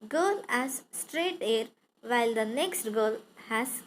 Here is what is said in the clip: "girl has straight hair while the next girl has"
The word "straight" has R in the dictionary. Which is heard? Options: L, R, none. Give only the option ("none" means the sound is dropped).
R